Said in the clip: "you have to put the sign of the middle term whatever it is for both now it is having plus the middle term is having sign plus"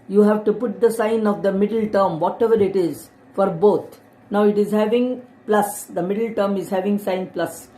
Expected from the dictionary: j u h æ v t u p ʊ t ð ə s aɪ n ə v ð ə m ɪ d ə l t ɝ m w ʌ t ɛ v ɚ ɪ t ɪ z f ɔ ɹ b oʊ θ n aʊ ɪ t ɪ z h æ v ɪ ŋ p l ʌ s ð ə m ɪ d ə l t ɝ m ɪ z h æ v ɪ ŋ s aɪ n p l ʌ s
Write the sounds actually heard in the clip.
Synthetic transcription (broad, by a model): j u h æ v t u p ʊ t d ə s aɪ n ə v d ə m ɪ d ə l t ɝ m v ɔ t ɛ v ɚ ɪ t ɪ z f ɔ ɹ b oʊ t n aʊ ɪ t ɪ z h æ v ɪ ŋ p l ʌ s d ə m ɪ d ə l t ɝ m ɪ z h æ v ɪ ŋ s aɪ n p l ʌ s